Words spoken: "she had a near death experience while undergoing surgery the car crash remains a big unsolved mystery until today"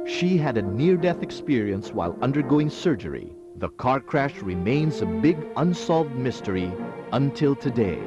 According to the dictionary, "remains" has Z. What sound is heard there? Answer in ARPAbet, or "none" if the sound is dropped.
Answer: Z